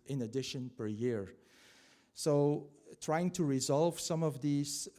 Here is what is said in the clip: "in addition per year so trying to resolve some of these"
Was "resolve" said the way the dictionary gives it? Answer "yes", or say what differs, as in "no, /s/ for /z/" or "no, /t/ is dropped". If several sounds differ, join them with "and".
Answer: yes